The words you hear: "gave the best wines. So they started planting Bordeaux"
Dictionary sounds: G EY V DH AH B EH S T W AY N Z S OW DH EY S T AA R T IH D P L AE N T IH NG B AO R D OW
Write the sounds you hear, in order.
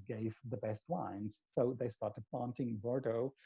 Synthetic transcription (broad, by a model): G EY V DH AH B EH S T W AY N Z S OW DH EY S T AA R T IH D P AA N T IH NG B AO R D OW